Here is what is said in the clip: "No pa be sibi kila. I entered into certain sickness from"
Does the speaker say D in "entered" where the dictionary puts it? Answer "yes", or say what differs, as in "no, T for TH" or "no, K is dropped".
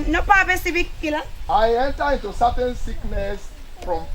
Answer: no, D is dropped